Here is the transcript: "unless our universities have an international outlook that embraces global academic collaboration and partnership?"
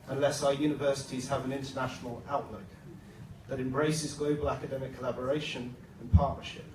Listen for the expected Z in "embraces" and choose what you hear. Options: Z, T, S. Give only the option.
Z